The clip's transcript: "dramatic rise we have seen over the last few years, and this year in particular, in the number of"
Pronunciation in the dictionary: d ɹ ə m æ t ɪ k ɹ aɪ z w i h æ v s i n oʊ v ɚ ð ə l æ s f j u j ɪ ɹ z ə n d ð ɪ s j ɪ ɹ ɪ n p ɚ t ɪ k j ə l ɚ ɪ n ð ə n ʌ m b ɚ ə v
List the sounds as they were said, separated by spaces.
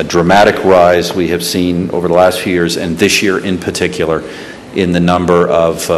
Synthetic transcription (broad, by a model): d ɹ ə m æ t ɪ k ɹ aɪ z w i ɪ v s i n oʊ v ɚ ð ə l æ s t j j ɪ ɹ z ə n ð ɪ s j ɪ ɹ ɪ n p ɚ t ɪ k j l ɚ ɪ n ð ə n ʌ m b ɚ ə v